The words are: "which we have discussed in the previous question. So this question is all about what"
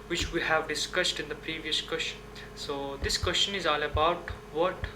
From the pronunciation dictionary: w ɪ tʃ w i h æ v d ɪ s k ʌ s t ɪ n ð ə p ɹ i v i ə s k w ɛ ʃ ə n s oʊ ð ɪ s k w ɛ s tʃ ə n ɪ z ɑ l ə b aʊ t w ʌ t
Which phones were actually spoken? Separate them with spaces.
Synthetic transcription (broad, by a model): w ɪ tʃ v i h æ v d ɪ s k ʌ s t ɪ n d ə p ɹ i v i ə s k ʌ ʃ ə n s oʊ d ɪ s k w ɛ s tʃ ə n ɪ z ɑ l ə b aʊ t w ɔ t